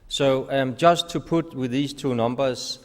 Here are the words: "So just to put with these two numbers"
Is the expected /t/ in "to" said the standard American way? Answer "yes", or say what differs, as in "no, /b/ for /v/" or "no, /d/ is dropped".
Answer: yes